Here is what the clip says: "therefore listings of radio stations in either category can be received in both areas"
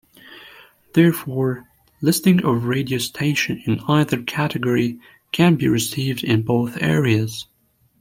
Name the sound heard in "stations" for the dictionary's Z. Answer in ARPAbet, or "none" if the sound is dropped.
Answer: none